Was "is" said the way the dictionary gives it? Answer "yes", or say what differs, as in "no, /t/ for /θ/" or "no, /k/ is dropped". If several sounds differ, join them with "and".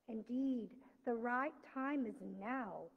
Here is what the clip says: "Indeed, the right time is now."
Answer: yes